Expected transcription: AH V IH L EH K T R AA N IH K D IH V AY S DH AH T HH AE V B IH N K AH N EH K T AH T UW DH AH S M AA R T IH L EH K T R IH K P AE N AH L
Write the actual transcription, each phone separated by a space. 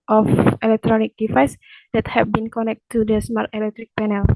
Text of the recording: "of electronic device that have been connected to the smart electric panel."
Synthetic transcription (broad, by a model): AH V IH L EH K T R AA N IH K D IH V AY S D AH T HH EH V B IH N K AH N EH K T T UW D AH S M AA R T IH L EH K T R IH K P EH N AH L